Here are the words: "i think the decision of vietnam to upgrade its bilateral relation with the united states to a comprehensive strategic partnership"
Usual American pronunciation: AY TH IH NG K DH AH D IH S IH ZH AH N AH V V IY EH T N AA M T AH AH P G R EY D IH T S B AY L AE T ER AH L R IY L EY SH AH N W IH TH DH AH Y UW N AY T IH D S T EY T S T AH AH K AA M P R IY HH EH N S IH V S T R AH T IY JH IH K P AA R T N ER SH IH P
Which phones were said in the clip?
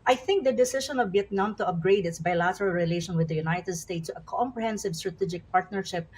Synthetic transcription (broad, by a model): AY TH IH NG K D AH D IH S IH SH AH N AH V B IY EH T N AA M T AH AH P G R EY D IH T S B AY L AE T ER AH L R IY L EY SH AH N W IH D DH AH Y UW N AY T IH D S T EY T S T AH AH K AA M P R IY HH EH N S IH V S T R AH T IY JH IH K P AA R T N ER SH IH P